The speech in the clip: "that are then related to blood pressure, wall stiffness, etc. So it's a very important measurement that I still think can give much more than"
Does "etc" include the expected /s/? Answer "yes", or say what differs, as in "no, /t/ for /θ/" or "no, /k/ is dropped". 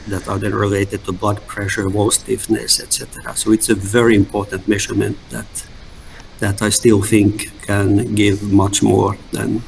yes